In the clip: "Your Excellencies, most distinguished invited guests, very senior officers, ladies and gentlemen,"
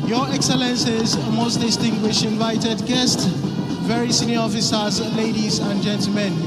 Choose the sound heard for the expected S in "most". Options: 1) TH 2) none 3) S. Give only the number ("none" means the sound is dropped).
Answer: 3